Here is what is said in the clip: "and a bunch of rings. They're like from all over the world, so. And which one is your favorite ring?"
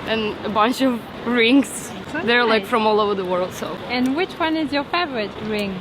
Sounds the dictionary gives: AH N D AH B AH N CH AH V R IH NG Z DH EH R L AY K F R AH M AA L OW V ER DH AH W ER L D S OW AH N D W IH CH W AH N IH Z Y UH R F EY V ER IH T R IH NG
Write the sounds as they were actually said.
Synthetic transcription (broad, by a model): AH N AH B AH N CH AH V R IH NG Z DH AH R L AY K F R AH M AA L OW V ER DH AH W ER L D S OW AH N W IH CH W AH N IH Z Y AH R F EY V ER IH T R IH NG